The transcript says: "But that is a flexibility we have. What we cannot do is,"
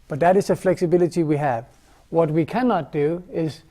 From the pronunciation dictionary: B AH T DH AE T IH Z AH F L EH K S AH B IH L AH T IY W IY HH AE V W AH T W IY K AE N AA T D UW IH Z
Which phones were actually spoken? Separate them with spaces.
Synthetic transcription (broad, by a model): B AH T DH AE T IH Z AH F L EH K S AH B IH L AH T IY W IY HH AE V W AH T W IY K AE N AA T D UW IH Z